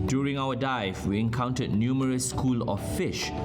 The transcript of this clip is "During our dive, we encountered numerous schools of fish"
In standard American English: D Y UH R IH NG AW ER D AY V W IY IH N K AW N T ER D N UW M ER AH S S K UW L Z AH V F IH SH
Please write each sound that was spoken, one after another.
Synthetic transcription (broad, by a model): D Y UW R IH NG AW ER D AY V W IY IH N K AW N T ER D N UW M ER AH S S K UW L AH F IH SH